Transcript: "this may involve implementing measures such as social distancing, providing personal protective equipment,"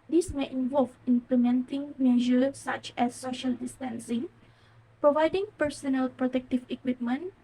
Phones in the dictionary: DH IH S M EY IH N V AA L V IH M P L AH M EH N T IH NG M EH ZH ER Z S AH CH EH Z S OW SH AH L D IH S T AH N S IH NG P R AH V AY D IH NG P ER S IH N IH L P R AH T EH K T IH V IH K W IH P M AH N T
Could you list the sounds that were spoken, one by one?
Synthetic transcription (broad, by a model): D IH S M EY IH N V AA L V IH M P L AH M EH N T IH NG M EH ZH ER S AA CH EH S OW SH AH L D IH S T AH N S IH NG P R AH V AY D IH NG P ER S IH N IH L P R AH T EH K T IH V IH K W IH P M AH N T